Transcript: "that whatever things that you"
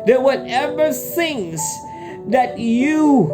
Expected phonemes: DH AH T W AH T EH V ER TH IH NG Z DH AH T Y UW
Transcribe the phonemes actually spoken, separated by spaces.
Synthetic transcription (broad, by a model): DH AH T W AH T EH V ER S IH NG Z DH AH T Y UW